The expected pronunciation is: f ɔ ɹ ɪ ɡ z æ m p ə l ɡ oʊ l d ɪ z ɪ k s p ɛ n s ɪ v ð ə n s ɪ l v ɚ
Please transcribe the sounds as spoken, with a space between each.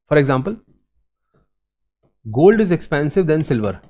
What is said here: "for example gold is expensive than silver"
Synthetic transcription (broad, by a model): f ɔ ɹ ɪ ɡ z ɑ m p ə l ɡ oʊ l d ɪ z ɪ k s p ɛ n s ɪ v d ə n s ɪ l v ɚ